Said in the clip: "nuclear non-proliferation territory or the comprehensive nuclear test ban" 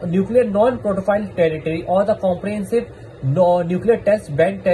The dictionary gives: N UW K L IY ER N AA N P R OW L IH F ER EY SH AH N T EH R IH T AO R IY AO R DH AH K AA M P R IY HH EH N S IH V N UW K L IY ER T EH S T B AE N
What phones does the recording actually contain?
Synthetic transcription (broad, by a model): N UW K L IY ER N AA N P R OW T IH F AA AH L T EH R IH T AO R IY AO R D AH K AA M P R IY HH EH N S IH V N UW K L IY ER T EH S T B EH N